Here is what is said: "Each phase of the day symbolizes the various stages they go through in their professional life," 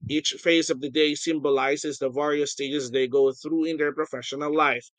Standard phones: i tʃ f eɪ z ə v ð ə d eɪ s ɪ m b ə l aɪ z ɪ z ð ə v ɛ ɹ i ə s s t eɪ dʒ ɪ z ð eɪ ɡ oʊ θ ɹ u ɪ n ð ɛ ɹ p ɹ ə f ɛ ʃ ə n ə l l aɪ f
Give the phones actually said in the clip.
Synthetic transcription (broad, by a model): i tʃ f eɪ z ə v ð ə d eɪ s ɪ m b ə l aɪ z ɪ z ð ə v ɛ ɹ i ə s s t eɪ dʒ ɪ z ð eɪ ɡ oʊ θ ɹ u ɪ n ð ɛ ɹ p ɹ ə f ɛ ʃ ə n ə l l aɪ f